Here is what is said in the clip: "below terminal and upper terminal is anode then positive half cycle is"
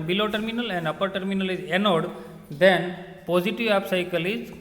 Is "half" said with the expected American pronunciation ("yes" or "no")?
no